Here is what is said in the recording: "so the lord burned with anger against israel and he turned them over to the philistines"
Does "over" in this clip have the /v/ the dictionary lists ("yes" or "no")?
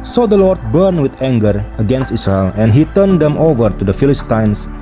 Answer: yes